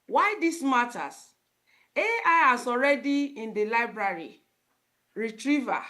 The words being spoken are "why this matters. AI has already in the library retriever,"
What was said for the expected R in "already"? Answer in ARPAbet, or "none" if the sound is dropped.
R